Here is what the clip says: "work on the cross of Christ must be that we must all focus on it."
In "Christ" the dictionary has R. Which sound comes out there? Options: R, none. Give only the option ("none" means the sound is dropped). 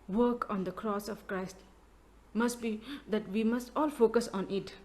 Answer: R